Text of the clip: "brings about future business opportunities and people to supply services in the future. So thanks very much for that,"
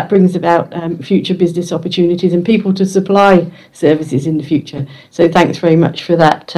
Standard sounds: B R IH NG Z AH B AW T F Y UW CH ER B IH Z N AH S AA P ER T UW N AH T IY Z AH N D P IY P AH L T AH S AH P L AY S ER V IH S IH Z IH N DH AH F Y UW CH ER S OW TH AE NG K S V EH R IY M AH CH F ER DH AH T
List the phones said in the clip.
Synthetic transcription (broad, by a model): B R IH NG Z AH B AW T F Y UW CH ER B IH Z N AH S AA P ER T UW N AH T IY Z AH N P IY P AH L T AH S AH P L AY S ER V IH S IH Z IH N DH AH F Y UW CH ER S OW TH AE NG K S V EH R IY M AH CH F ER DH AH T